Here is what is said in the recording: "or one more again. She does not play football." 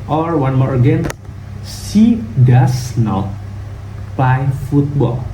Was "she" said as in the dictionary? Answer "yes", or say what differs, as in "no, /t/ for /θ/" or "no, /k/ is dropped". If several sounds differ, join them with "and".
no, /s/ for /ʃ/